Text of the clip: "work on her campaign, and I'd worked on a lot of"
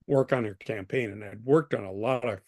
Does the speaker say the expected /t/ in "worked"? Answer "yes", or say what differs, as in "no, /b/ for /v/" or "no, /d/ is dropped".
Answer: yes